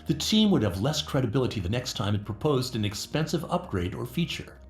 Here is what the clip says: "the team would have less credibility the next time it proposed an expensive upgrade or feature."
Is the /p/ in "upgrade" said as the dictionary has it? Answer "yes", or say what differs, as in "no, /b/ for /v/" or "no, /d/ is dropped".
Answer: yes